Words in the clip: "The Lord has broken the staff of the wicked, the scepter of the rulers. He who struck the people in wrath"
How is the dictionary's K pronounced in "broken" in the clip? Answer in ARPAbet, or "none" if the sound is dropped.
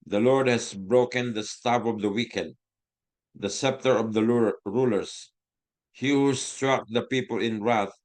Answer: K